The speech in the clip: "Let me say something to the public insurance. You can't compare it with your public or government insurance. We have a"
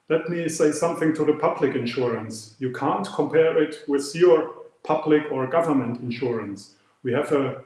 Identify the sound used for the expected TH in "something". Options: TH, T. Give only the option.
TH